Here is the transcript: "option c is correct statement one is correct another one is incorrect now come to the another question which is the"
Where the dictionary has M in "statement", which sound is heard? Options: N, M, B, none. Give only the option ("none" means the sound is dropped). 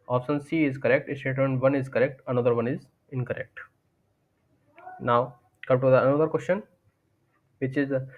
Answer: none